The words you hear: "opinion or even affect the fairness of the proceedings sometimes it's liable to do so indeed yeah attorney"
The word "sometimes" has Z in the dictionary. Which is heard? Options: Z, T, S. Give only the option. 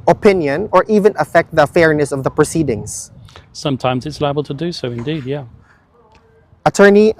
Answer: Z